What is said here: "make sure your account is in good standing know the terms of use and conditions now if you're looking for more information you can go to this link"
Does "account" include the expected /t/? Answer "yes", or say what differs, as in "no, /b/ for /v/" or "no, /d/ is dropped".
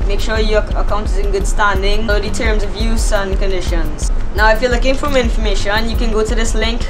yes